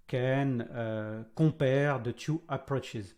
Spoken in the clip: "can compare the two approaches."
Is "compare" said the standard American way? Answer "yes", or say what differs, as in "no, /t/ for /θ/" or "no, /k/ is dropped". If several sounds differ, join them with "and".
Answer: no, /m/ is dropped